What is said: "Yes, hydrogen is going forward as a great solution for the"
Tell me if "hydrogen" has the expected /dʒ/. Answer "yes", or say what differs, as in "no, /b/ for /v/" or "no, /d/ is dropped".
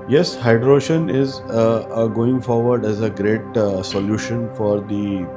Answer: no, /ʃ/ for /dʒ/